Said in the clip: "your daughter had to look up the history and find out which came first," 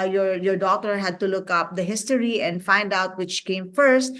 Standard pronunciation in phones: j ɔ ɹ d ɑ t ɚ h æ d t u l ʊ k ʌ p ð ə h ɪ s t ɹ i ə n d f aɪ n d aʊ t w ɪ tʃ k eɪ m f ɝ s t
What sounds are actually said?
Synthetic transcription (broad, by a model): j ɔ ɹ d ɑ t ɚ h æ d t u l ʊ k ʌ p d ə h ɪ s t ɹ i ə n d f aɪ n d aʊ t w ɪ tʃ k eɪ m f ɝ s t